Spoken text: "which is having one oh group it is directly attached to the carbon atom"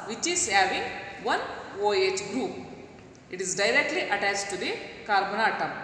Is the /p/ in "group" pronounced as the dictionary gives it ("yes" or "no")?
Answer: yes